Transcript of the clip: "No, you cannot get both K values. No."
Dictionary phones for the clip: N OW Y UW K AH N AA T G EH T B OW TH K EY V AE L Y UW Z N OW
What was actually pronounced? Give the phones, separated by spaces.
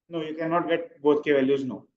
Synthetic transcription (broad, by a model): N OW Y UW K AH N AA T G EH T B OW T K EY V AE L Y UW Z N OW